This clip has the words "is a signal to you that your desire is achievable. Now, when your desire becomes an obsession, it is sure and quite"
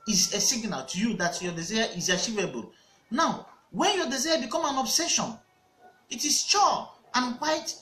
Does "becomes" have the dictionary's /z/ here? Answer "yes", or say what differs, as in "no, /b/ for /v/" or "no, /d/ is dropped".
no, /z/ is dropped